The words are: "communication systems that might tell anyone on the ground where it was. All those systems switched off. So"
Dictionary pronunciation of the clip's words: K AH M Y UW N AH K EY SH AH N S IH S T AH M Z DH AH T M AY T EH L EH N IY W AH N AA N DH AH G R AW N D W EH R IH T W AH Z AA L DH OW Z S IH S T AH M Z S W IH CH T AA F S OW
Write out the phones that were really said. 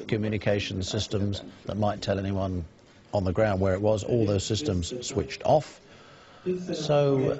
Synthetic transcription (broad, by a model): K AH M Y UW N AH K EY SH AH N S IH S T AH M Z DH AH T M AY T EH L EH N IY W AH N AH N DH AH G R AW N D W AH R IH T W AH Z AA L DH OW Z S IH S T AH M Z S W IH CH T AA F S OW